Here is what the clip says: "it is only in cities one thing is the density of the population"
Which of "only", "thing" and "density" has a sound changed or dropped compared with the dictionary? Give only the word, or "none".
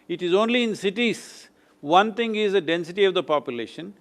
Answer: thing